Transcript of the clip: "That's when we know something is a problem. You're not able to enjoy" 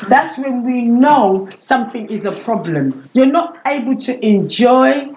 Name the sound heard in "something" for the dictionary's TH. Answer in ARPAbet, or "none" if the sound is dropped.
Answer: TH